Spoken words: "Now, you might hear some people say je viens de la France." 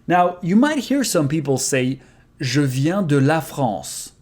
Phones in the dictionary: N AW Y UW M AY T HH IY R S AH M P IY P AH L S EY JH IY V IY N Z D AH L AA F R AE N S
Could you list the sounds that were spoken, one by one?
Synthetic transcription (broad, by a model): N AW Y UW M AY T HH IY R S AH M P IY P L S EY ZH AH V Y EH D AH L AA F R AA S